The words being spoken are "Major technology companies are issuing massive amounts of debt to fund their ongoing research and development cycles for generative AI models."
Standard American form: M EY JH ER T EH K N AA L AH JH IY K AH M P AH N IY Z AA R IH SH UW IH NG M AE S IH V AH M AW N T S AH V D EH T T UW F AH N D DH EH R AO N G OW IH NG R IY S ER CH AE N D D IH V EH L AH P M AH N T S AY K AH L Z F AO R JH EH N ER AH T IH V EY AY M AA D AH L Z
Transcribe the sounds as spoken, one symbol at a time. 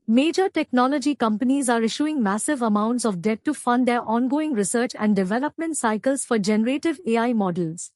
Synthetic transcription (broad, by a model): M EY JH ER T EH K N AA L AH JH IY K AH M P AH N IY Z AA R IH SH UW IH NG M AE S IH V AH M AW N T S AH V D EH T T UW F AH N D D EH R AO N G OW IH NG R IY S ER CH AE N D D IH V EH L AH P M AH N T S AY K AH L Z F AO R JH EH N ER AH T IH V EY AY M AA D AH L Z